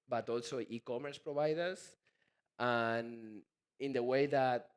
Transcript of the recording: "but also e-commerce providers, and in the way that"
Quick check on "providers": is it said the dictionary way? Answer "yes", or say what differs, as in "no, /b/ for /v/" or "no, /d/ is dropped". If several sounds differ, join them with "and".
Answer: no, /b/ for /v/